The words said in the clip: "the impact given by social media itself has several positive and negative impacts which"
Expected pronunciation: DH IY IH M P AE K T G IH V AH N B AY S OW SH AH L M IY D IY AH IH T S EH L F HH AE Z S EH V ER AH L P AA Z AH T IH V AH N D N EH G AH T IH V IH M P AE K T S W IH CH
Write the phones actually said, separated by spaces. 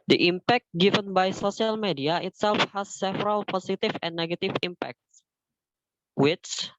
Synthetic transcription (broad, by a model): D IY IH M P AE K T G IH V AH N B AY S OW S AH L M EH D IY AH IH T S EH L F HH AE S EH V ER AH L P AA S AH T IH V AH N N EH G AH T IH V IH M P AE K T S W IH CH